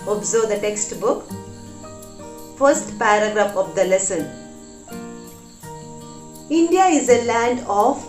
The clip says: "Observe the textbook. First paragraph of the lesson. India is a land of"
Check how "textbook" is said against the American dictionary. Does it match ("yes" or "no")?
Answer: yes